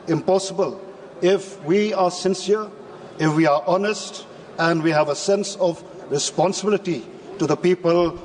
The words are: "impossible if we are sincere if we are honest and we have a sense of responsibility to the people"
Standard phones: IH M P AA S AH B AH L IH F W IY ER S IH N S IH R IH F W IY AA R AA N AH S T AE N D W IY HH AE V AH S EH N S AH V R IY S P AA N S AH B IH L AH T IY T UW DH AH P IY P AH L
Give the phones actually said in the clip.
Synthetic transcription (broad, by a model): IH M P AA S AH B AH L IH F W IY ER S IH N S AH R IH F W IY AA R AA N AH S T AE N D W IY HH AE V AH S EH N S AH V R IY S P AA N S AH B IH L AH T IY T UW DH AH P IY P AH L